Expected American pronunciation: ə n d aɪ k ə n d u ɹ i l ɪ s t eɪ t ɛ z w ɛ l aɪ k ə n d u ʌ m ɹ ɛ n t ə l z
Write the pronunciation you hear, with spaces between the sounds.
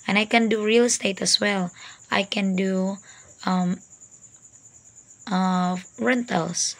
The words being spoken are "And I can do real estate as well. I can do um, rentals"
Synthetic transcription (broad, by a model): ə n aɪ k ə n d u ɹ i l s t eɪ t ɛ s w ɛ l aɪ k ə n d u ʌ m ɹ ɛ n t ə l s